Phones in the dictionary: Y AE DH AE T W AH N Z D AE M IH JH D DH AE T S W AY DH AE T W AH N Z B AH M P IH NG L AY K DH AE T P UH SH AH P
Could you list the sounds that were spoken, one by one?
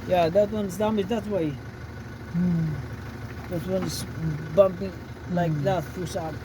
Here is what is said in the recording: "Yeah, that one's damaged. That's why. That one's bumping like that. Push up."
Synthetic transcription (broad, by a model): Y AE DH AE T W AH N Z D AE M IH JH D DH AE T W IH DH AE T W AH N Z B AH M P IH NG L AY K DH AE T F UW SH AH